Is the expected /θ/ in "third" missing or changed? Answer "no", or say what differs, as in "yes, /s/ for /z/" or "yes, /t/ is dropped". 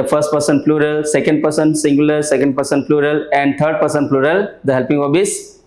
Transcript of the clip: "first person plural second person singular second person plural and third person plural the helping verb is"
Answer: yes, /t/ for /θ/